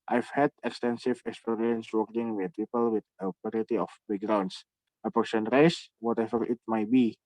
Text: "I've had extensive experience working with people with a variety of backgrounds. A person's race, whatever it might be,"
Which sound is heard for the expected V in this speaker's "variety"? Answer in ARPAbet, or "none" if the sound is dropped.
P